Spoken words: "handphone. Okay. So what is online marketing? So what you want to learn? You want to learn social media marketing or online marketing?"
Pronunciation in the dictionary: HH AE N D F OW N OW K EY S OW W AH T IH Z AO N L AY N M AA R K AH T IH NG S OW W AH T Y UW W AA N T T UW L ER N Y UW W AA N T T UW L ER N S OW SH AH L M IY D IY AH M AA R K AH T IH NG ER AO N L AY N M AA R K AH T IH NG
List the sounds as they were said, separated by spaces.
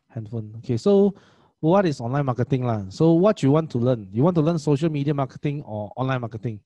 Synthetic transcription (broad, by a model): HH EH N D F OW N OW K EY S OW W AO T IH S AO N L AY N M AA K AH T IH NG S OW W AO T Y UW W AA N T T UW L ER N Y UW W AA N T T UW L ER N S OW SH AH L M IY D IY AH M AA K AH T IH NG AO AO N L AY N M AA K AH T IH NG